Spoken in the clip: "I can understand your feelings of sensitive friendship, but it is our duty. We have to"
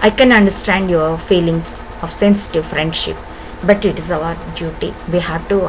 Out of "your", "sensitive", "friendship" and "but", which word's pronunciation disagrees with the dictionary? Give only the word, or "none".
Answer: none